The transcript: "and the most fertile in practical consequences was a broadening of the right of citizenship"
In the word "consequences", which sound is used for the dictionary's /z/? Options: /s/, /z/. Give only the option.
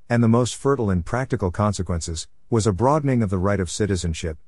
/z/